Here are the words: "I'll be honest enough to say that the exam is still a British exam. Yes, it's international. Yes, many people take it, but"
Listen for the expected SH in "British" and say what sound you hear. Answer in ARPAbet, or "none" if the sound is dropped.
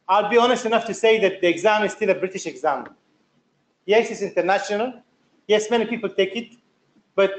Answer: SH